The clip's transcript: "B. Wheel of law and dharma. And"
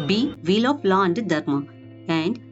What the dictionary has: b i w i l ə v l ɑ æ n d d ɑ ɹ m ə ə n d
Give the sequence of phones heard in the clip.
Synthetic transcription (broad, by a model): b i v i l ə p l ɑ n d d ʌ ɹ m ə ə n d